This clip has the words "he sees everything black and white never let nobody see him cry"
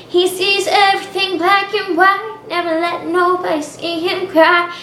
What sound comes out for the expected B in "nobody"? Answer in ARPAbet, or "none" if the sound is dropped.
none